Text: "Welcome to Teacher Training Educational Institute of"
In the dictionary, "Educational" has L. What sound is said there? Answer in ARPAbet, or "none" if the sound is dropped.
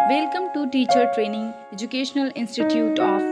L